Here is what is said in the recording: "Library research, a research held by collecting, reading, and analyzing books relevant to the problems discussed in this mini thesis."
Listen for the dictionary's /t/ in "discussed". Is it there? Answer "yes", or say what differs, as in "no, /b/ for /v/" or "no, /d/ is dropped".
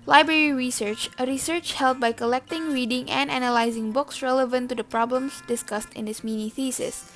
yes